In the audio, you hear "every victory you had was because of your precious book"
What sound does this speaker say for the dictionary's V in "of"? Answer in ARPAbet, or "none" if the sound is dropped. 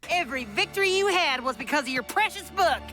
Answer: V